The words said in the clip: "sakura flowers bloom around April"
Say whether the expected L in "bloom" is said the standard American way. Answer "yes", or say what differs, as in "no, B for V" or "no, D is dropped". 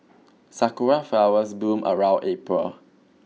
no, L is dropped